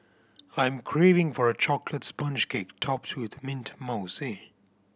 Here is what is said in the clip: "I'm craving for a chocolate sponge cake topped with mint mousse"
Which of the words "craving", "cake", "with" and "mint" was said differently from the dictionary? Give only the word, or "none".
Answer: none